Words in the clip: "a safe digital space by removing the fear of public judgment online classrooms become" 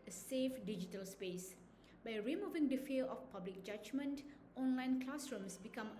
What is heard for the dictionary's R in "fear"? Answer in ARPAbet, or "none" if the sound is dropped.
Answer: L